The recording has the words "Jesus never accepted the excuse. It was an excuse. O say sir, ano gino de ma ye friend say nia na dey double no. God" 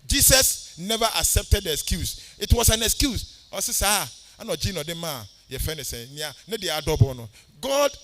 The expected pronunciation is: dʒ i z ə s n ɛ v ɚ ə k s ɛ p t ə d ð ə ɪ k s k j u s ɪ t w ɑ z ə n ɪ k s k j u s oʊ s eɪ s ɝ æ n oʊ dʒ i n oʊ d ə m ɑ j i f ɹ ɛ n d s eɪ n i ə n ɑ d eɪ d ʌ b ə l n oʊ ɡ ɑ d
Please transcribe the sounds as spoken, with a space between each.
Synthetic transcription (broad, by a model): dʒ i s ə s n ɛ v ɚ ə k s ɛ p t ə d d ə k s k j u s ɪ t w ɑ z ə n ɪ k s k j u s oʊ s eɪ s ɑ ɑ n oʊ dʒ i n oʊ d ə m ɑ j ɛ f ɛ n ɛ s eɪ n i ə n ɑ d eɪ d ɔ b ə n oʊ ɡ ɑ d